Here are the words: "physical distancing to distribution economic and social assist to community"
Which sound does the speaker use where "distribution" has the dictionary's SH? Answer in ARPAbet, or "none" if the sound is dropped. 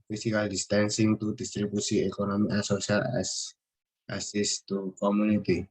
S